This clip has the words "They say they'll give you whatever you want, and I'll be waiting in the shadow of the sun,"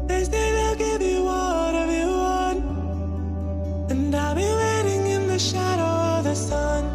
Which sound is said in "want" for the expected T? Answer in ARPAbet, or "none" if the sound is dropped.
none